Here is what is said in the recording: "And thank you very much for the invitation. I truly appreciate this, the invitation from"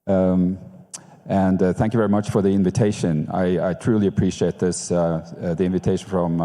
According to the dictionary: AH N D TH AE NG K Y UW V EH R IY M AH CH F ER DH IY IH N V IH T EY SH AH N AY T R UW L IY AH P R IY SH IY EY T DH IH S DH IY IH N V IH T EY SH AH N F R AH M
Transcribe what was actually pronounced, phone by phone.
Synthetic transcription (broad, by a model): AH N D TH AE NG K Y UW V EH R IY M AH CH F ER DH IY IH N V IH T EY SH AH N AY T R UW L IY AH P R IY SH IY EY T DH IH S DH IY IH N V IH T EY SH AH N F R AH M